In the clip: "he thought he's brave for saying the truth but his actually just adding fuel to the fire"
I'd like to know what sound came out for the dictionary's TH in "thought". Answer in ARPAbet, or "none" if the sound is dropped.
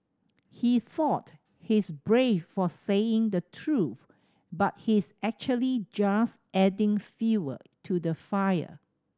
TH